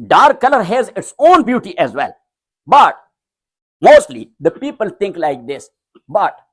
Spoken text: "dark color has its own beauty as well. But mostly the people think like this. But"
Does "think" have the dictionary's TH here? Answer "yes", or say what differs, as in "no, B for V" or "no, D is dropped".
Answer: no, T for TH